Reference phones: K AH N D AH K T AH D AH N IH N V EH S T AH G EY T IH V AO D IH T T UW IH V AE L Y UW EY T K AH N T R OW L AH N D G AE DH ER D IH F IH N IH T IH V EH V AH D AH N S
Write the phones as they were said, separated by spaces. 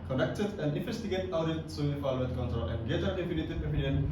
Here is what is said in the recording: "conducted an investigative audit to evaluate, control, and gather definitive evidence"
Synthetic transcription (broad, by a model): K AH N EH K T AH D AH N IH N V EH S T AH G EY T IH UH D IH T S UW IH F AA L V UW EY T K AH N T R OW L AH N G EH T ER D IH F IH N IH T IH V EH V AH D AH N